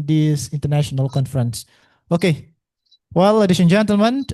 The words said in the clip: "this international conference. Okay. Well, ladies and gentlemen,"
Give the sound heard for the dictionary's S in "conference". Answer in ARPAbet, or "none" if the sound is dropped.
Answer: S